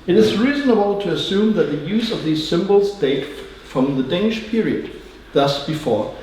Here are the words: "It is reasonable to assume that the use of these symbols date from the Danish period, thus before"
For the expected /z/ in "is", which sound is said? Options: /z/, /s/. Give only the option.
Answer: /z/